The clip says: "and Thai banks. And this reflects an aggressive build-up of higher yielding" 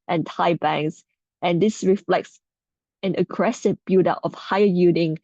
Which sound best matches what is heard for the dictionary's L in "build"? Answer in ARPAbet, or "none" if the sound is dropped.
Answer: none